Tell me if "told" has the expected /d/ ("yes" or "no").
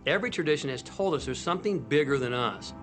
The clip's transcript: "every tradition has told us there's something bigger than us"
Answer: yes